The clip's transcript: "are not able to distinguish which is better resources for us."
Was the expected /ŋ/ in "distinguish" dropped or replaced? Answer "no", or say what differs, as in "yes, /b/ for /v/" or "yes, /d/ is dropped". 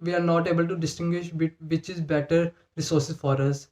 no